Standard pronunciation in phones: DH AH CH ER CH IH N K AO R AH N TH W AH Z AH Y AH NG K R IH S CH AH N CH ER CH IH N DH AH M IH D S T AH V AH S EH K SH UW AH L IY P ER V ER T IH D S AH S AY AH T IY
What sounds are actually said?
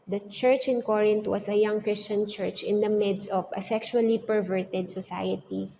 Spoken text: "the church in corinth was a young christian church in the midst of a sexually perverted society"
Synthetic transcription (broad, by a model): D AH CH ER CH IH N K AO R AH N T W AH S AH Y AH NG K R IH S CH AH N CH ER CH IH N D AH M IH D S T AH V AH S EH K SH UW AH L IY P ER V ER T IH D S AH S AY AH T IY